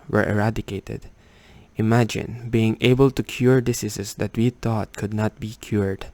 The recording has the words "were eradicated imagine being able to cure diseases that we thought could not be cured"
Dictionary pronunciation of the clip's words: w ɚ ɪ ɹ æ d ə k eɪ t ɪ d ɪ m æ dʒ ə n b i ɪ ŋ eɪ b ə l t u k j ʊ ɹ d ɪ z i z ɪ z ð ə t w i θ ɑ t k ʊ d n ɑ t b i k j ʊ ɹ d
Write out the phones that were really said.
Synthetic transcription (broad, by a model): w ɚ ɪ ɹ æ d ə k eɪ t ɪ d ɪ m æ dʒ ə n b i ɪ ŋ eɪ b ə l t u k j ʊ ɹ d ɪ s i s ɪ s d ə t w i t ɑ t k ʊ d n ɑ t b i k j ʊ ɹ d